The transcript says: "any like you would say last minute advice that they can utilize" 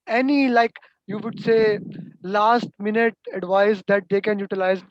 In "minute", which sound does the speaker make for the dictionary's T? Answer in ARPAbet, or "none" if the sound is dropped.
T